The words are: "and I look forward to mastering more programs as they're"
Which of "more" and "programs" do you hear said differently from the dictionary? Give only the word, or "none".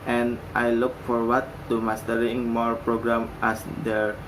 programs